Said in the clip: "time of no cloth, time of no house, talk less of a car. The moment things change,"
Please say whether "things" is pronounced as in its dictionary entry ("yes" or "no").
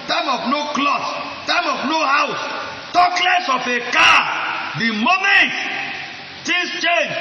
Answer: no